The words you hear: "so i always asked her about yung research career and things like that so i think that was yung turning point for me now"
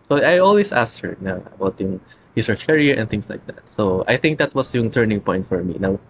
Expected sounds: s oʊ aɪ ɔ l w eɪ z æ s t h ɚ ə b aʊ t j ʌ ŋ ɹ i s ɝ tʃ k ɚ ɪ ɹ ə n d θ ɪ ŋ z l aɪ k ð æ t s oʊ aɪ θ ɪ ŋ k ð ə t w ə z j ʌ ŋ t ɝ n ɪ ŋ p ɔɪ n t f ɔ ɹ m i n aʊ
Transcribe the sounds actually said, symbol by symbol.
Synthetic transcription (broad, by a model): s oʊ aɪ ɔ l w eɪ s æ s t h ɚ ə b aʊ t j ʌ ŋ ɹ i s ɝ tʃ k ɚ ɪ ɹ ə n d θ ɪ ŋ s l aɪ k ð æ t s oʊ aɪ θ ɪ ŋ k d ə t w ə s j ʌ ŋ t ɝ n ɪ ŋ p ɔɪ n t f ɔ ɹ m i n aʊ